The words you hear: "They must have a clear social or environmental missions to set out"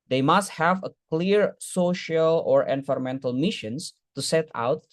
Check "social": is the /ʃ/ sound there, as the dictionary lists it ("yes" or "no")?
yes